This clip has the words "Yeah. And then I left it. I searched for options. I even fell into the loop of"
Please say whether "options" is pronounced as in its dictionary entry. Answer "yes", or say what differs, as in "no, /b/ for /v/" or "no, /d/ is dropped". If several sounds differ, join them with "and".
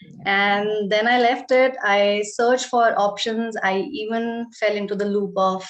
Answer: yes